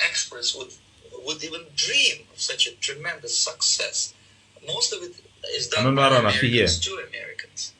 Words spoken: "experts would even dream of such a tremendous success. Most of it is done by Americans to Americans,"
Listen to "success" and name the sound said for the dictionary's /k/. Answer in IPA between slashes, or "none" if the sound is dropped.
/k/